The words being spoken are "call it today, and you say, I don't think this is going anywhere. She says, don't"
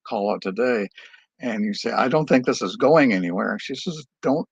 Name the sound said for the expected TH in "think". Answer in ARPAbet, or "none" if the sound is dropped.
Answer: TH